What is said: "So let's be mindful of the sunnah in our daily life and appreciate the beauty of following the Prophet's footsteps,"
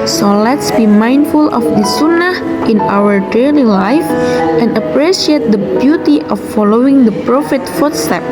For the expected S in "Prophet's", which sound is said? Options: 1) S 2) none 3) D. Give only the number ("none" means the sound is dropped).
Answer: 2